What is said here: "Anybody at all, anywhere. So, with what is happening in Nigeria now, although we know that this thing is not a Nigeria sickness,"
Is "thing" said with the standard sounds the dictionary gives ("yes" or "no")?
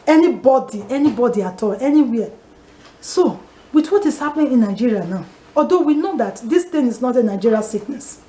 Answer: no